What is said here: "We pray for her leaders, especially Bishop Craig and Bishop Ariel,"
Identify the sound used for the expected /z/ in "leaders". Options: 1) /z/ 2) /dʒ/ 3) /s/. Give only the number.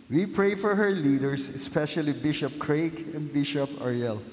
3